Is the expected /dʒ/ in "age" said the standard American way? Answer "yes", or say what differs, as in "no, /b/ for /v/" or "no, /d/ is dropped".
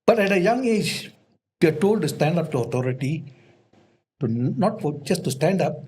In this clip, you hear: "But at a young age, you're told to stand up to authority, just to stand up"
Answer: yes